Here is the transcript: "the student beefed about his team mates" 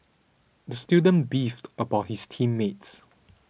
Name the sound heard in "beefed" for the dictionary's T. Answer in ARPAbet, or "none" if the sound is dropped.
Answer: T